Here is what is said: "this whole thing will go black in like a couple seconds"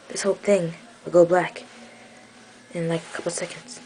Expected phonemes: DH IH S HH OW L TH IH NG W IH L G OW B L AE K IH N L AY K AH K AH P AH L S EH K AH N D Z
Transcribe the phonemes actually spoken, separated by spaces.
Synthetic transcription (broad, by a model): DH IH S HH OW L TH IH NG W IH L G OW B L AE K IH N L AY K AH K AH P L S EH K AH N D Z